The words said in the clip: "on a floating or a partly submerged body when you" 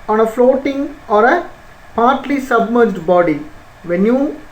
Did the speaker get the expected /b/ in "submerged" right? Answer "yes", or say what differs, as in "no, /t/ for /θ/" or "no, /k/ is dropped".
yes